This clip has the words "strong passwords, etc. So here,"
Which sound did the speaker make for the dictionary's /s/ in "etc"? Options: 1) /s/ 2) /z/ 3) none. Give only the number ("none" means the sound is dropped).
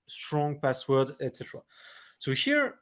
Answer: 1